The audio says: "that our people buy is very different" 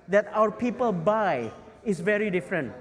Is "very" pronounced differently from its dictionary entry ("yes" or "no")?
no